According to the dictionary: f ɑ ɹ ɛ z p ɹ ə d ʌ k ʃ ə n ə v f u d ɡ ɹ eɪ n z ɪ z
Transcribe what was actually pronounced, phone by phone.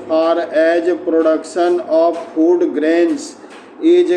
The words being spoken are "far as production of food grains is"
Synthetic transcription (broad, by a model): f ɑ ɹ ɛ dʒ p ɹ ə d ʌ k ʃ ə n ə p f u d ɡ ɹ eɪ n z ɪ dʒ